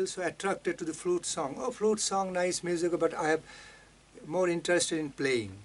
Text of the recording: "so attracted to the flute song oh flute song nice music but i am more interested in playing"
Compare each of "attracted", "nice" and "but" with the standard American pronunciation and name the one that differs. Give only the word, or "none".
none